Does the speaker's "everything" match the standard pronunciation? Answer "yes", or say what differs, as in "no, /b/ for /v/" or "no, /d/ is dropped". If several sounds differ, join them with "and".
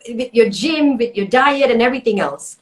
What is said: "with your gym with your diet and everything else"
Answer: yes